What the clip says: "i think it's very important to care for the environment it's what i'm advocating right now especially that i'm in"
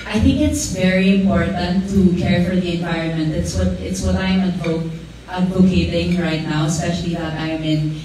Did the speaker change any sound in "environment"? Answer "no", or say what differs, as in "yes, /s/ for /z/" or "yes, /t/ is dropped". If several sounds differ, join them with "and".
no